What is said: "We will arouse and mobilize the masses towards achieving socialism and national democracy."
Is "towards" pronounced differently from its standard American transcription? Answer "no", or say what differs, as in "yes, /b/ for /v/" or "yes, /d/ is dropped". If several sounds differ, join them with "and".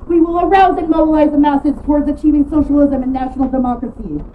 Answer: no